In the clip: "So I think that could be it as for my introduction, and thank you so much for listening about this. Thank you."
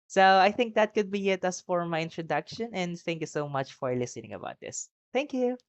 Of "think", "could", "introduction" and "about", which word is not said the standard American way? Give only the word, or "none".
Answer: none